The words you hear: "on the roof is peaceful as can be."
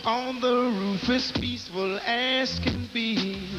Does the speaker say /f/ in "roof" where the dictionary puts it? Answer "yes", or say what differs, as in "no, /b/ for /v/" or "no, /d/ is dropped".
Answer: yes